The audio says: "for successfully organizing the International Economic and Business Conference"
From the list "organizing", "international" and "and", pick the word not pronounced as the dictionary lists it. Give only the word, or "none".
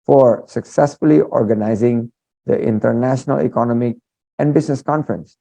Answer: none